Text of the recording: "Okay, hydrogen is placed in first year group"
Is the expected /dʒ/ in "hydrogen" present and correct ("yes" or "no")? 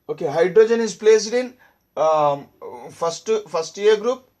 yes